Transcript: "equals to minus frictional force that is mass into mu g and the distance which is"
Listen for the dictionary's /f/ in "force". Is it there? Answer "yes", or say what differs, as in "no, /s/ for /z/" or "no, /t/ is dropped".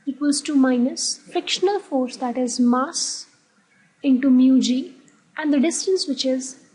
yes